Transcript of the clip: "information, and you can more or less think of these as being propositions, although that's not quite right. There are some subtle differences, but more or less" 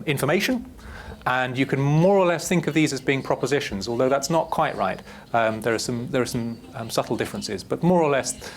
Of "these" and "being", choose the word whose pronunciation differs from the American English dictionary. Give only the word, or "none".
none